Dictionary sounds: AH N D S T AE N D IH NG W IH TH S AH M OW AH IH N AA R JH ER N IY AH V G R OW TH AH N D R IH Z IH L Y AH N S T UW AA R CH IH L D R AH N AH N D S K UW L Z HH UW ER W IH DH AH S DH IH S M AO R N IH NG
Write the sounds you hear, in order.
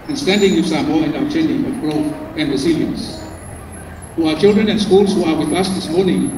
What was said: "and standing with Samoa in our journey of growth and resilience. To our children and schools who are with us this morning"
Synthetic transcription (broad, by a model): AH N S T AE N D IH NG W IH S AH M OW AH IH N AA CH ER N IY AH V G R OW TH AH N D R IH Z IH L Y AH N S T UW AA CH IH L D R AH N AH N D S K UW L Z HH UW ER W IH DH AH S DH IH S M AO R N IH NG